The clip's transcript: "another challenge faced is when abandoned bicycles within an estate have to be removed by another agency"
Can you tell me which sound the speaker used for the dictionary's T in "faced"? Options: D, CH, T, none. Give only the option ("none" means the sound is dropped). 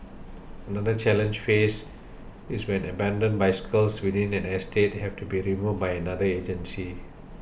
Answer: none